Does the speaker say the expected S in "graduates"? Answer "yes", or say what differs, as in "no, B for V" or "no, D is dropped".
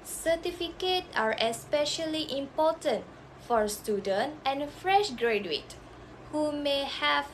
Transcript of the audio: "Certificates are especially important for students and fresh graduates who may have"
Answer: no, S is dropped